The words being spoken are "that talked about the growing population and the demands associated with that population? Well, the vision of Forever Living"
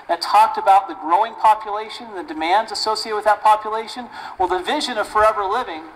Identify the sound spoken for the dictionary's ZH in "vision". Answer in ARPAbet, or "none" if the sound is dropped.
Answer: ZH